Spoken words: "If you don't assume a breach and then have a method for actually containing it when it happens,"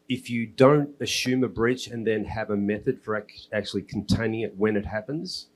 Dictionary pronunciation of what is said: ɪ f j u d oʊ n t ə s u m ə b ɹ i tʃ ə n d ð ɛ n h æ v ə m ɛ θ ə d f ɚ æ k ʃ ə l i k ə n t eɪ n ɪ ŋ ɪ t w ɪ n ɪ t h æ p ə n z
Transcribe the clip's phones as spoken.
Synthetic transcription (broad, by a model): ɪ f j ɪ d oʊ n t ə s u m ə b ɹ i tʃ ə n ð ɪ n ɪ v ə m ɛ θ ə d f ɚ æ k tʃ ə l i k n t eɪ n ɪ ŋ ɪ t w ɪ n ɪ t h æ p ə n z